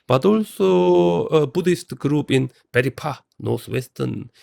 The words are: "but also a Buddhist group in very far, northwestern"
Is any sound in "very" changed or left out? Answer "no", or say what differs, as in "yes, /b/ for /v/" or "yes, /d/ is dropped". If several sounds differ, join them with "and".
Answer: yes, /b/ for /v/